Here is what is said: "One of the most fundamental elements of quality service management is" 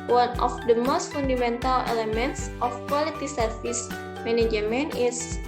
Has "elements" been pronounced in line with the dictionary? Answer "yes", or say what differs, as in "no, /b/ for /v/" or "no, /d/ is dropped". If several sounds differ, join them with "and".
yes